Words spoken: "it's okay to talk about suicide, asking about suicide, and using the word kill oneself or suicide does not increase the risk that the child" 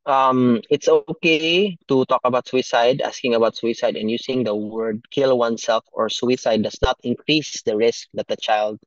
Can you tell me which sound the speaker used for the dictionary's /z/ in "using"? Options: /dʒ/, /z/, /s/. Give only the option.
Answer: /s/